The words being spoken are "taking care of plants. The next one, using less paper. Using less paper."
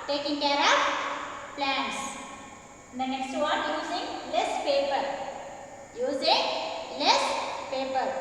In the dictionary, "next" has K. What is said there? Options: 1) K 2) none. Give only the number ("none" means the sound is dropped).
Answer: 2